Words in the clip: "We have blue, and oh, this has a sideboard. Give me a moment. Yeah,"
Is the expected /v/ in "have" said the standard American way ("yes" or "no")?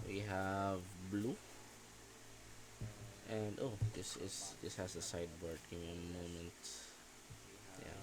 yes